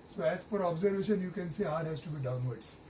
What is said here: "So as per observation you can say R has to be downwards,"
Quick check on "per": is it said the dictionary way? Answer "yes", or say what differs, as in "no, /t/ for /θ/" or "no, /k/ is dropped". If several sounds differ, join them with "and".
no, /f/ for /p/